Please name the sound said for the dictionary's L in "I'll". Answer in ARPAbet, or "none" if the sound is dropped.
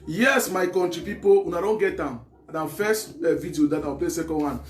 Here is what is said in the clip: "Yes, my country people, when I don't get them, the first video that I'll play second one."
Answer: W